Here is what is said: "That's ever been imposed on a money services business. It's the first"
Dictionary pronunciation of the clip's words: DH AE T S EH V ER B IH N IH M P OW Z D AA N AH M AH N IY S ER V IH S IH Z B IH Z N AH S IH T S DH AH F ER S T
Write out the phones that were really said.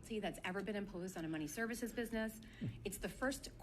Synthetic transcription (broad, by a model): DH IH T S EH V ER B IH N IH M P OW Z D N AH M AH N IY S ER V IH S IH Z B IH Z N AH S IH T S DH AH F ER S T